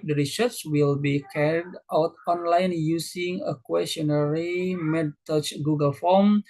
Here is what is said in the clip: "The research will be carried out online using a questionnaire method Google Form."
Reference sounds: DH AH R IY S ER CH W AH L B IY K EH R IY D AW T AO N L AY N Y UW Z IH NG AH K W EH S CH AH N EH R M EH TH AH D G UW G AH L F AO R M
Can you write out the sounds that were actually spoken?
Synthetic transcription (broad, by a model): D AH R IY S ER S W AH L B IY K EH R IY D AW T AO N L AY N Y UW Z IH NG AH K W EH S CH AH N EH R M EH T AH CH G UW G AH L F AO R M